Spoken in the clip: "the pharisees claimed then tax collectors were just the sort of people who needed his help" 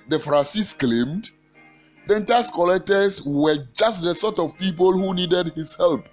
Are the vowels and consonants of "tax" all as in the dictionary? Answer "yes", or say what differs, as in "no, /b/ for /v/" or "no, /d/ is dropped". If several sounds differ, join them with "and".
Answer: no, /k/ is dropped